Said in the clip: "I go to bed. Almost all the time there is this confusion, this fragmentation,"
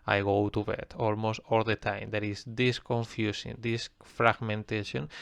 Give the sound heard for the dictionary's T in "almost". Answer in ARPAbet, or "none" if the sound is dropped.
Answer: T